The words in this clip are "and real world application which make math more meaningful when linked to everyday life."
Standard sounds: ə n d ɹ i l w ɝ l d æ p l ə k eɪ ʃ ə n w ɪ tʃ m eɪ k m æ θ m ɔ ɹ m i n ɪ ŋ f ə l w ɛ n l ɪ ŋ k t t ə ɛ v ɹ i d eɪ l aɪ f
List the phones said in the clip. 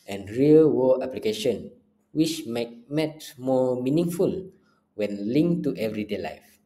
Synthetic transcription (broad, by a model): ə n ɹ i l w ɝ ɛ p l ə k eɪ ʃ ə n w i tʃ m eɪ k m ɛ t m ɔ m i n ɪ ŋ f ə l w ɛ n l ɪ ŋ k t t ɛ v ɹ i d eɪ l aɪ f